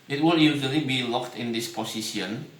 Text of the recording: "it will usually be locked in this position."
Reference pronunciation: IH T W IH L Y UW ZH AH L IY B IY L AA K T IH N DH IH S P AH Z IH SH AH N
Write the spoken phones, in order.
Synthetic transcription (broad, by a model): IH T W IH L Y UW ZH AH L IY B IY L AA K T IH N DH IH S P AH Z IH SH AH N